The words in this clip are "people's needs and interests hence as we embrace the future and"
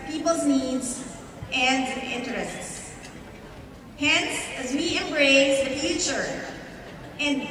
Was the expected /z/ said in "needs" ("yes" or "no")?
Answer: yes